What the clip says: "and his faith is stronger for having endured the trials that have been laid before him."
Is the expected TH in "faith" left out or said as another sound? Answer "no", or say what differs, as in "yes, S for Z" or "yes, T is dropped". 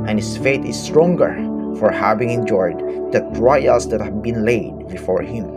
yes, T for TH